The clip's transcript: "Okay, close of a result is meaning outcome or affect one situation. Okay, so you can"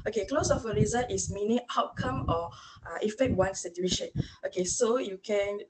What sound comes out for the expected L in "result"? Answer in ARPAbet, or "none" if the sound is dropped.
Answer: none